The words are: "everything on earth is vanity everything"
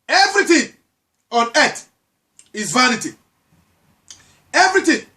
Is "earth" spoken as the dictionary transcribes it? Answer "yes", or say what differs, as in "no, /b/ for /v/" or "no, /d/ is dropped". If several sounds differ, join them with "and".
no, /t/ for /θ/